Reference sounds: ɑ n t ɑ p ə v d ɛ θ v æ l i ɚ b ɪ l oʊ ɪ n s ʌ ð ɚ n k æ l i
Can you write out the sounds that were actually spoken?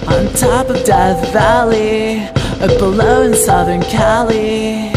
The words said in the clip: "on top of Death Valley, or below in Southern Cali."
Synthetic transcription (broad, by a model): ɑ n t ɑ p ə v d ɛ θ v æ l i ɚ b ɪ l oʊ ɪ n s ʌ ð ɚ n k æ l i